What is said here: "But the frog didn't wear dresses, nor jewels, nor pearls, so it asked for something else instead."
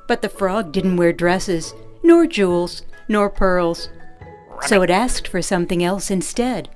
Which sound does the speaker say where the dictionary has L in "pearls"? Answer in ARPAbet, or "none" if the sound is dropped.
L